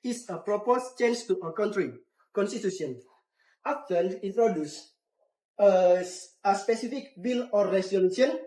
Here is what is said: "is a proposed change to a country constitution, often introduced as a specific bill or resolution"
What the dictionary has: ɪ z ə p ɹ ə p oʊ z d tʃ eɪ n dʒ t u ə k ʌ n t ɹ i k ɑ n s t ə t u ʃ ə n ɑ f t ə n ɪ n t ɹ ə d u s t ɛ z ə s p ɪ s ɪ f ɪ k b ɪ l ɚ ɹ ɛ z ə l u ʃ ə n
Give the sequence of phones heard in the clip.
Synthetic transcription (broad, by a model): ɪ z ə p ɹ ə p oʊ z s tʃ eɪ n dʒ t u ə k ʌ n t ɹ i k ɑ n s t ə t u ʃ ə n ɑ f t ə l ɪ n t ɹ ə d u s ʌ ə s p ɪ s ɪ f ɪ k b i l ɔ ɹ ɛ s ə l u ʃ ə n